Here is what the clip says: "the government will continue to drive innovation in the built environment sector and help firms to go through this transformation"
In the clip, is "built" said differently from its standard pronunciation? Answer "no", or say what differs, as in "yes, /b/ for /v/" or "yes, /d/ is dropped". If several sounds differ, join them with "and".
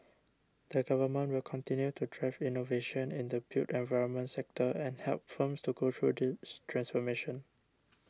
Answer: yes, /l/ is dropped